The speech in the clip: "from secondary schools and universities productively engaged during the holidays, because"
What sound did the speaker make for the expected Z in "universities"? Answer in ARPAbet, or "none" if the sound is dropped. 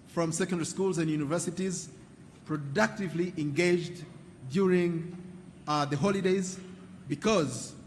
Z